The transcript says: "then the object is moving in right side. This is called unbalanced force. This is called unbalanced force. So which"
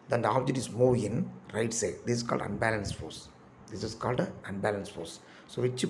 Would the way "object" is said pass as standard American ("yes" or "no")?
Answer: no